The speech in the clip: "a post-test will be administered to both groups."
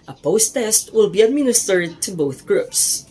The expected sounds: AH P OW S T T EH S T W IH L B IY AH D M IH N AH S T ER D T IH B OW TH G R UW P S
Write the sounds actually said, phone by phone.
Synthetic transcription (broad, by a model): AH P OW S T T EH S T W IH L B IY AH D M IH N AH S T ER D T IH B OW TH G R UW P S